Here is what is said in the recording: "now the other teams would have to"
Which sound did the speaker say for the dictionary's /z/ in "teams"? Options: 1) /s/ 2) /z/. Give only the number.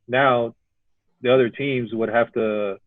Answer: 2